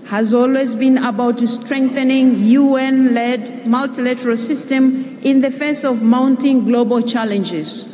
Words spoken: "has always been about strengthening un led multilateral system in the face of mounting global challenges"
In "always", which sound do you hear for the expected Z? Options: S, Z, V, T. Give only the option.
Z